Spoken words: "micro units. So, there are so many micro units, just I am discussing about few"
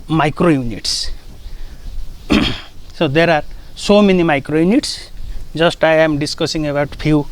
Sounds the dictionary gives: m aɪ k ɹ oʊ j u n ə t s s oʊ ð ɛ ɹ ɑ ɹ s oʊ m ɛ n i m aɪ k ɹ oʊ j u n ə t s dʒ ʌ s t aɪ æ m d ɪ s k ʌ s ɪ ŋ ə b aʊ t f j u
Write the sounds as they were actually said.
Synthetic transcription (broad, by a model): m aɪ k ɹ oʊ j u n ə t s s oʊ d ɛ ɹ ɑ ɹ s oʊ m ɛ n i m aɪ k ɹ oʊ j u n ə t s z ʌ s t aɪ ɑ m d ɪ s k ʌ s ɪ ŋ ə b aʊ t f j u